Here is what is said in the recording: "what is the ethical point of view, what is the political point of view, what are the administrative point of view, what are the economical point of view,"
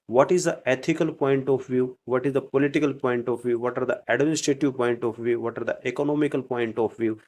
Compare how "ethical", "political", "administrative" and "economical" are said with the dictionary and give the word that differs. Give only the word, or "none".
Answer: ethical